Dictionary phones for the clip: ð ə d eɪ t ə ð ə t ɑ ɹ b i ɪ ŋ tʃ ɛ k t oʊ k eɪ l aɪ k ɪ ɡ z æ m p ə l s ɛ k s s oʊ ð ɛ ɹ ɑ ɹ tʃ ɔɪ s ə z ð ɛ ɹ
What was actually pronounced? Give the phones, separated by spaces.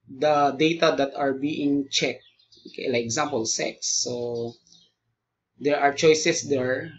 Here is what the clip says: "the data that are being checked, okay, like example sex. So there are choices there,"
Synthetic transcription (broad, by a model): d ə d eɪ t ə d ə t ɑ ɹ b i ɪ ŋ tʃ ɛ k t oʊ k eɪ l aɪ ɪ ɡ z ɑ m p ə l s ɛ k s s oʊ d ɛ ɹ ɑ ɹ tʃ ɔɪ s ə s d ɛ ɹ